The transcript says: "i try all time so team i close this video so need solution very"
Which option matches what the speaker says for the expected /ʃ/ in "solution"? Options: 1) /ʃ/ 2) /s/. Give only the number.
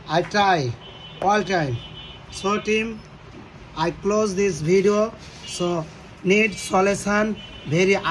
2